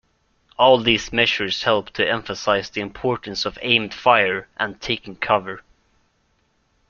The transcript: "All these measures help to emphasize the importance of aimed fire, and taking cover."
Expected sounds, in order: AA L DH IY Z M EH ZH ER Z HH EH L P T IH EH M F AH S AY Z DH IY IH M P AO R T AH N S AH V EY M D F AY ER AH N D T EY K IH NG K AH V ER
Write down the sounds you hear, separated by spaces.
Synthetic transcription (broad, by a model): AA L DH IY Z M EH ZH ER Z HH EH L P T IH EH M F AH S AY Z DH IY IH M P AO R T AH N S AH V EY M D F AY ER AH N T EY K IH NG K AH V ER